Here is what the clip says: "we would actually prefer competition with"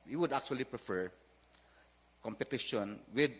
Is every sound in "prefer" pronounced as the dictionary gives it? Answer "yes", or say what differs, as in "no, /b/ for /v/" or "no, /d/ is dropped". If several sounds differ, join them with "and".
yes